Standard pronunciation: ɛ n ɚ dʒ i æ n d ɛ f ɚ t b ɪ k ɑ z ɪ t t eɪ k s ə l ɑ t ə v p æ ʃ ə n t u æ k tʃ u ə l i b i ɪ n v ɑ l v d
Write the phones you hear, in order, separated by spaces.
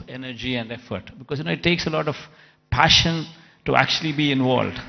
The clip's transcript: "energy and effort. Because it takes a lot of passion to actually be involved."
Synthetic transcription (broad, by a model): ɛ n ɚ dʒ i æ n d ɛ f ɚ t b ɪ k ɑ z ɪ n t eɪ k s ə l ɑ t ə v p æ ʃ ə n t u æ k tʃ u ə l i b i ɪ n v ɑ l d